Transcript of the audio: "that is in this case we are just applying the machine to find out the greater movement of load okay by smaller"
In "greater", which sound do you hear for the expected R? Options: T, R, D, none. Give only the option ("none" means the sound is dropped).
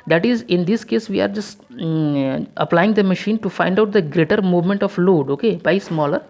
R